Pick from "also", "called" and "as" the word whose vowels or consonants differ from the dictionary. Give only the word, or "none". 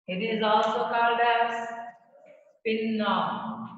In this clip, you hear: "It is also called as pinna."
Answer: as